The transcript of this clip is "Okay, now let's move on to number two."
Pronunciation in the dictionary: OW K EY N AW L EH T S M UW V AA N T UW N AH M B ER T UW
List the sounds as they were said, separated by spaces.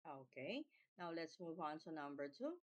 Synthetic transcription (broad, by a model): OW K EY N AW L EH T S M UW V AA N T UW N AH M B ER T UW